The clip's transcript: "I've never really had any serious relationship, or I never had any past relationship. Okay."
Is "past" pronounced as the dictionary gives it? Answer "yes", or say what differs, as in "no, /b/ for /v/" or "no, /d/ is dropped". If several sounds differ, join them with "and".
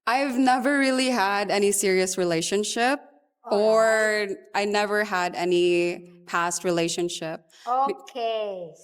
yes